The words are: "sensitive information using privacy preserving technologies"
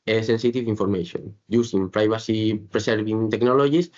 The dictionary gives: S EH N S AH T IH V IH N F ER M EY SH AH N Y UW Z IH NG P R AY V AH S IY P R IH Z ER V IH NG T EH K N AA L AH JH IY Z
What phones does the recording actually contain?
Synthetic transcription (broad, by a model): S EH N S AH T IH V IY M F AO M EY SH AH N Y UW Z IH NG P R AY B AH S IY P R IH S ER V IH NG T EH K N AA L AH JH IY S